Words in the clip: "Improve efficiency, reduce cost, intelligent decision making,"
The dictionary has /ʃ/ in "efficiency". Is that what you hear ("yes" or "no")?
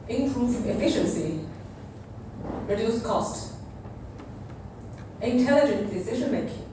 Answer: yes